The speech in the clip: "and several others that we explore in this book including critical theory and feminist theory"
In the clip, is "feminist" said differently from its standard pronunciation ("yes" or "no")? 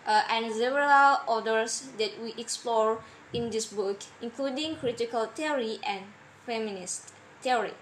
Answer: no